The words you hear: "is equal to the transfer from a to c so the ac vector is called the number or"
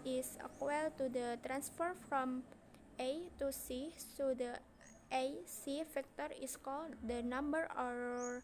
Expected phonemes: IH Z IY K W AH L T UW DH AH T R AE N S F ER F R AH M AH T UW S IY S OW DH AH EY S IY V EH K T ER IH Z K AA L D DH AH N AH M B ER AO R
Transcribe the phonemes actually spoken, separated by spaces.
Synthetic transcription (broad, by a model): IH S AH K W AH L T UW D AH T R AE N S F ER F R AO M AH T UW S IY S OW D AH EY S IY F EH K T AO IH S K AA L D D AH N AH M B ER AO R